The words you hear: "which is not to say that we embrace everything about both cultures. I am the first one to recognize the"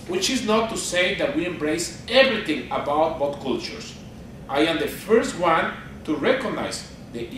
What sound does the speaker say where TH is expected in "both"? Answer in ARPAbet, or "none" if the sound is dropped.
T